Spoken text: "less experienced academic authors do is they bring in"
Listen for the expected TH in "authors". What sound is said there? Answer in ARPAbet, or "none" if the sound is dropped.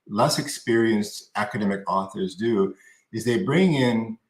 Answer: TH